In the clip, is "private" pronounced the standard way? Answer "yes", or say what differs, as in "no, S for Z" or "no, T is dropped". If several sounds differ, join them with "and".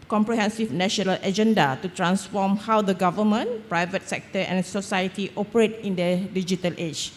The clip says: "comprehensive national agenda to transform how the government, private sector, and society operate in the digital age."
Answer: yes